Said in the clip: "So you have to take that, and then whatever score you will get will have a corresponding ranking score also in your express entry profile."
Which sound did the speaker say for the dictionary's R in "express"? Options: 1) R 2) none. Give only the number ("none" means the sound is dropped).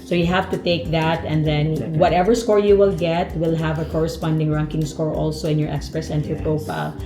1